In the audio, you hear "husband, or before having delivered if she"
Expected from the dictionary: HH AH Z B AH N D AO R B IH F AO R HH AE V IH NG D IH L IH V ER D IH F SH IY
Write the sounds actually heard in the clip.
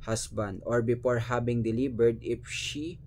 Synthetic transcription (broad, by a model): HH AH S B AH N D AO R B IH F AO R HH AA B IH NG D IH L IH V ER D IH F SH IY